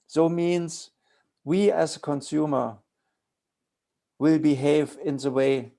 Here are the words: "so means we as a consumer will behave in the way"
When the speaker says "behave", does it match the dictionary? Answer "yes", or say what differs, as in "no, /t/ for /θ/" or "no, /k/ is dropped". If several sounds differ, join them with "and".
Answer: yes